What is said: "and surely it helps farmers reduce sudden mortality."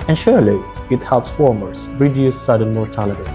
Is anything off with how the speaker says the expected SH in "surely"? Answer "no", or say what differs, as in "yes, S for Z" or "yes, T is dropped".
no